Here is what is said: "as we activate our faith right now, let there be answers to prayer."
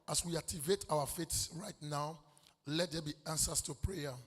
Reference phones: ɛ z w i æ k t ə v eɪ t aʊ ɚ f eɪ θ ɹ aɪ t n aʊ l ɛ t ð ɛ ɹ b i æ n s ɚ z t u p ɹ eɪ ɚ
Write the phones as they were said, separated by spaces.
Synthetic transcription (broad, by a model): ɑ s w i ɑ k t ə v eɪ t aʊ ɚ f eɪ s ɹ aɪ t n aʊ l ɛ t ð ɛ b i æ n s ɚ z t u p ɹ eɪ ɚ